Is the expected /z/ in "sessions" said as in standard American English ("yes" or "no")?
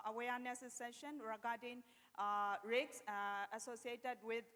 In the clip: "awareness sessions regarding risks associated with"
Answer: no